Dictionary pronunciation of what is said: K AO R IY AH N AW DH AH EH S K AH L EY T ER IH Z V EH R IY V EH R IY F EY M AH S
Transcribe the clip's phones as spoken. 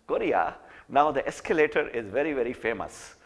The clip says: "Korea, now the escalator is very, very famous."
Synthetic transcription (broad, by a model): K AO R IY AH N AW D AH EH S K AH L EY T ER IH Z V EH R IY V EH R IY F EY M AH S